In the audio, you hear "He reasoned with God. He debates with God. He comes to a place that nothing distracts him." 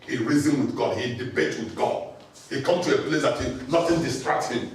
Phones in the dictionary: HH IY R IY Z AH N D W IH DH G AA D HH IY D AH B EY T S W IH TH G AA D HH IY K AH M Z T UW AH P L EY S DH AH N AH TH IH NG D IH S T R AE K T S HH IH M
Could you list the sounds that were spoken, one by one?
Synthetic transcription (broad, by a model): HH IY R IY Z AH N W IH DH G AA D HH IY D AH B EY T W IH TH G AA D HH IY K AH M T UW AH P L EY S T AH N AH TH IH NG D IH S T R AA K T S HH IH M